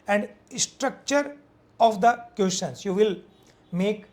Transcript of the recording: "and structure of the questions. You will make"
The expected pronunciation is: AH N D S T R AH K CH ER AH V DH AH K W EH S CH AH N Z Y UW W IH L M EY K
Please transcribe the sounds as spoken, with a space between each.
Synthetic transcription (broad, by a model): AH N D S T R AH K CH ER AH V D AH K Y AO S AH N S Y UW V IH L M EY K